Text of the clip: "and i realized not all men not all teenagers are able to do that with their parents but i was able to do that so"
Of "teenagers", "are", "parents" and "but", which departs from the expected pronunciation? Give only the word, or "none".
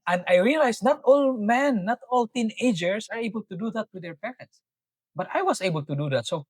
teenagers